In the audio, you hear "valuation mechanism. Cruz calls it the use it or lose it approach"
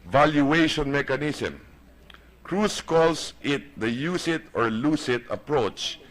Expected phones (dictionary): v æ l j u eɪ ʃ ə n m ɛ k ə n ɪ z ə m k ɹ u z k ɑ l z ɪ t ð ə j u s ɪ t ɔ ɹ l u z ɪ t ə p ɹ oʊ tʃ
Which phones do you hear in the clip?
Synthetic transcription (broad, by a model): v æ l j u eɪ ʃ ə n m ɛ k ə n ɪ s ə m k ɹ u s k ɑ l s ɪ t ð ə j u s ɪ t ɔ ɹ l u s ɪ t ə p ɹ oʊ tʃ